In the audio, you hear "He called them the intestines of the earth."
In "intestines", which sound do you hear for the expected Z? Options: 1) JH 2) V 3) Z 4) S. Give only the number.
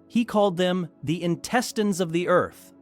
3